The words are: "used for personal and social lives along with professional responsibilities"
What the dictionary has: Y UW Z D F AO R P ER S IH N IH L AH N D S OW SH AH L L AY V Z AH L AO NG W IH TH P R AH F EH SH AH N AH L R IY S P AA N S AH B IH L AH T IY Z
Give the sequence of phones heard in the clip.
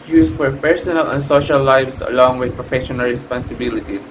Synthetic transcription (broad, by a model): Y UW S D F AO R P ER S IH N IH L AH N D S OW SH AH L L AY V S AH L AO NG W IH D P R AH F EH SH AH N AH L R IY S P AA N S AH B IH L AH T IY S